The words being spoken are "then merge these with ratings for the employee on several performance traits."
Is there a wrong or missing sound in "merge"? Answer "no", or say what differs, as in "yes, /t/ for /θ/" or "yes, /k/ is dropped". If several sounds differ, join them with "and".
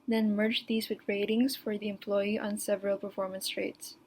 no